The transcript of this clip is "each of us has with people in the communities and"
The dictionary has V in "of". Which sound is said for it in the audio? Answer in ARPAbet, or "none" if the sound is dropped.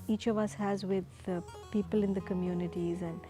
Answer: V